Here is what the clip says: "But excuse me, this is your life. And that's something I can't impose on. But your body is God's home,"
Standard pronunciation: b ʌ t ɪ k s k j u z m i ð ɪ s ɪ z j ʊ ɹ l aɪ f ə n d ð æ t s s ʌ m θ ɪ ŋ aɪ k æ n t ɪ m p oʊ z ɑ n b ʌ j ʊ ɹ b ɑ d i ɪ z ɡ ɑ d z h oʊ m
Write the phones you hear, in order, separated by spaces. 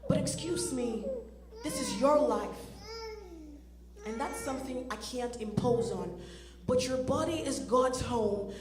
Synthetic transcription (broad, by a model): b ʌ t ɪ k s k j u z m i ð ɪ s ɪ z j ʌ ɹ l aɪ f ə n ð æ t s s ʌ m θ ɪ ŋ aɪ k æ n t ɪ m p oʊ z n b ʌ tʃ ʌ ɹ b ɑ d i ɪ z ɡ ɑ d z h oʊ m